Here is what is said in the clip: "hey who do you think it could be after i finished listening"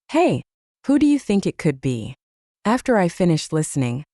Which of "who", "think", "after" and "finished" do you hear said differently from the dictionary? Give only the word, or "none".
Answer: none